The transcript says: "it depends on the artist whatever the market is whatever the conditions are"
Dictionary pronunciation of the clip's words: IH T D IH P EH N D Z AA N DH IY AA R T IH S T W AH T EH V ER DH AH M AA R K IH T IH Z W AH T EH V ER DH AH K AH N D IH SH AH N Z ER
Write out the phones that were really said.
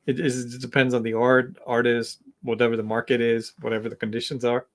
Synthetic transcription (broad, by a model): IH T D IH P EH N D Z N DH IY AA R T IH S T W AH T EH V ER DH AH M AA R K IH T IH Z W AH T EH V ER DH AH K N D IH SH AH N Z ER